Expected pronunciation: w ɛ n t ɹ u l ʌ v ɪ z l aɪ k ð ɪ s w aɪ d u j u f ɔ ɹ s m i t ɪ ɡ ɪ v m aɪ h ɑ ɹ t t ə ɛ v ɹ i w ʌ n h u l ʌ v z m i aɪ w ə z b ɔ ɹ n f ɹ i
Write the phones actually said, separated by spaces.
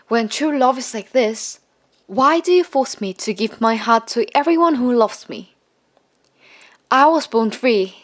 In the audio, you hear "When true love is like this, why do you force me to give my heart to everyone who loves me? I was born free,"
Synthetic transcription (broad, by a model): w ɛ n t ɹ u l ʌ v ɪ z l aɪ k ð ɪ s w aɪ d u j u f ɔ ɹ s m i t ɪ ɡ ɪ v m aɪ h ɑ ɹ t t ɛ v ɹ i w ʌ n h u l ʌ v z m i aɪ w ə z b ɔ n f ɹ i